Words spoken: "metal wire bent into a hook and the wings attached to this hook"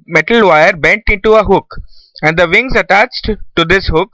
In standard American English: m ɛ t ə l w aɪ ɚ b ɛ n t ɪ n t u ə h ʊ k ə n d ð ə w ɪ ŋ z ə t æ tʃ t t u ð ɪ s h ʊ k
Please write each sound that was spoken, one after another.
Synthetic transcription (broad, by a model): m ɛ t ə l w aɪ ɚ b ɛ n t ɪ n t u ə h ʊ k ə n d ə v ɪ ŋ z ə t æ tʃ t t u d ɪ s h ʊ k